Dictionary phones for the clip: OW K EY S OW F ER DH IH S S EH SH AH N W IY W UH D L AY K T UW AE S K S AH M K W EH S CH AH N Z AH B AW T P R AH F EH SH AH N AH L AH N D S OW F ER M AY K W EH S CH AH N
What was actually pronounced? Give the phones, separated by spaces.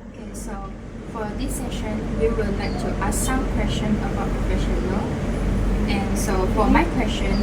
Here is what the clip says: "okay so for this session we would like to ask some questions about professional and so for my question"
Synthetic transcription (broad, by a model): OW K EY S OW F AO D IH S S EH SH AH N W IY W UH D L AY K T UW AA S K S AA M K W EH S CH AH N AH B AW T P R AH F EH SH AH N AH L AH N S OW F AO M AY K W EH S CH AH N